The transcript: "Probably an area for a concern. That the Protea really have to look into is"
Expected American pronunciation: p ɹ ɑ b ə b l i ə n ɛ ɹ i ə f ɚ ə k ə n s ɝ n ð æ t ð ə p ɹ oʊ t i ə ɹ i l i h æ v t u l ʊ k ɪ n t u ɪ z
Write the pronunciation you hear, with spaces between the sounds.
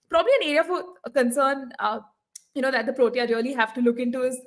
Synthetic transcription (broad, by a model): p ɹ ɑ b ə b l i ə n ɛ ɹ i ə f ə k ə n s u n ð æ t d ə p ɹ oʊ t i ə ɹ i l i h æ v t u l ʊ k ɪ n t u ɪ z